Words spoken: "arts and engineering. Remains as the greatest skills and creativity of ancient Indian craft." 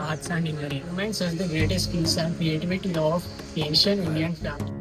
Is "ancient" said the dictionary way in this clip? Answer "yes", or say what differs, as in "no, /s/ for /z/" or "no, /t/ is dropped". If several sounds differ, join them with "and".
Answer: no, /t/ is dropped